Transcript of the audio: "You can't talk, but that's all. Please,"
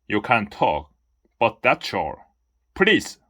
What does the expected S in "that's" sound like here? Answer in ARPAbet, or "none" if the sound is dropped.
SH